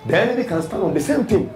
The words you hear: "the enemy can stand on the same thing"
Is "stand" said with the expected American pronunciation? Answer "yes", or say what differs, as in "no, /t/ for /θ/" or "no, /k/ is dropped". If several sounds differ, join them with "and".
no, /d/ is dropped